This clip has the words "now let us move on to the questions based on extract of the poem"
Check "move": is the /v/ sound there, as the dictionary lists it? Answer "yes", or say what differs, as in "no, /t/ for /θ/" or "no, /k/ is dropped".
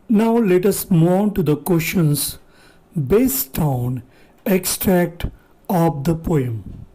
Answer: no, /v/ is dropped